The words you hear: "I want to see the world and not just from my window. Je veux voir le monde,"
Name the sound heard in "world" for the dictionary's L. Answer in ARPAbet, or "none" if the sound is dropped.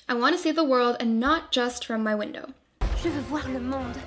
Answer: L